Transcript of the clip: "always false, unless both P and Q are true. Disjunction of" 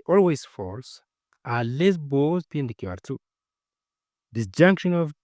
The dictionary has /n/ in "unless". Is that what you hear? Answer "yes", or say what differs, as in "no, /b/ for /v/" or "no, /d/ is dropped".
no, /n/ is dropped